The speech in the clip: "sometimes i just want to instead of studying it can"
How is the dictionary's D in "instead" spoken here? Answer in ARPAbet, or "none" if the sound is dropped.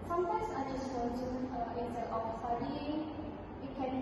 none